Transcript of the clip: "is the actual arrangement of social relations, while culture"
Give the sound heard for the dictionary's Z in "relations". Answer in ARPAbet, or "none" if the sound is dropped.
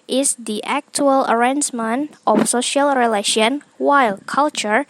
none